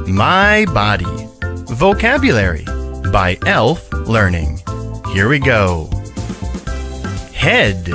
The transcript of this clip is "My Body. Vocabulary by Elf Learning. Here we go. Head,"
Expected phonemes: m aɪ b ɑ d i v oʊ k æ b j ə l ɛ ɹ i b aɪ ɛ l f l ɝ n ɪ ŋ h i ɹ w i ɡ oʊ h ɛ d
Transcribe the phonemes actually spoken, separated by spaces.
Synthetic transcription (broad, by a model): m aɪ b ɑ d i v oʊ k æ b j ə l ɛ ɹ i b aɪ ɛ l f l ɝ n ɪ ŋ h i ɹ w i ɡ oʊ h ɛ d